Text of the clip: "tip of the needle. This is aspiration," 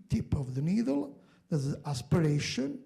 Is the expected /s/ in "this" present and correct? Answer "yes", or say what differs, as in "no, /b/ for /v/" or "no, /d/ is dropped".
no, /s/ is dropped